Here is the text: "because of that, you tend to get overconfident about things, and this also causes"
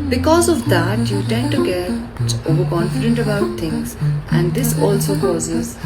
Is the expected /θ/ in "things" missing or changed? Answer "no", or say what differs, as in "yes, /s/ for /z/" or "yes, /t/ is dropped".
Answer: yes, /t/ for /θ/